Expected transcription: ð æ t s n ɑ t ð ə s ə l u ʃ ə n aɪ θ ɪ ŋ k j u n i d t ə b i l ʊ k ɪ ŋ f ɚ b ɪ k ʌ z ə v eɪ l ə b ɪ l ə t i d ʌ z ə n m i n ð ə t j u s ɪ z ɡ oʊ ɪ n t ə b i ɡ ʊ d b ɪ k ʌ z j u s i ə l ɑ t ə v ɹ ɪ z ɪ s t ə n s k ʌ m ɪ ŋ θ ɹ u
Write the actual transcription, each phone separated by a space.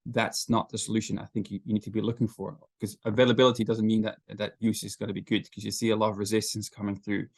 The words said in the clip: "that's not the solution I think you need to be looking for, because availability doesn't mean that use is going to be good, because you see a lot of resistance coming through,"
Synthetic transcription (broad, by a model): ð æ t s n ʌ t ð ə s ə l u ʃ ə n aɪ θ ɪ ŋ k j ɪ n i d t ə b i l ʊ k ɪ ŋ f ɚ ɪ k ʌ z ə v eɪ l ə b ɪ l ə t i d ʌ z ə n m i n ð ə t j u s ɪ z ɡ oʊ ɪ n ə b i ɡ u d k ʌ z j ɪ s i ə l ɑ t ə v ɹ ɪ z ɪ s t ə n s k ʌ m ɪ ŋ θ ɹ u